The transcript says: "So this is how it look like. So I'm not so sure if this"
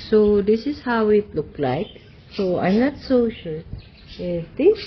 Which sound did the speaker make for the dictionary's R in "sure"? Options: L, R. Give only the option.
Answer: L